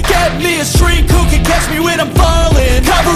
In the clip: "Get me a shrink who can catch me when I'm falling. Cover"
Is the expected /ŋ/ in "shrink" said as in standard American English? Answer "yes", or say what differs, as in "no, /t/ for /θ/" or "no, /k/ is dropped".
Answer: no, /ŋ/ is dropped